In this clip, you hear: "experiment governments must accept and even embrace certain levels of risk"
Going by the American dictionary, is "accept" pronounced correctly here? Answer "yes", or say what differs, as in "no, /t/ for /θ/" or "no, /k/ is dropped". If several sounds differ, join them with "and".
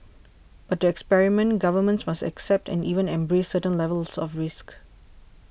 yes